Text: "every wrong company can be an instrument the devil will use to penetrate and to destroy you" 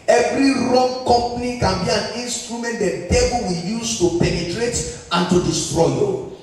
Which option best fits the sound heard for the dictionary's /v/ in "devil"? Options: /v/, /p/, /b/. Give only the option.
/b/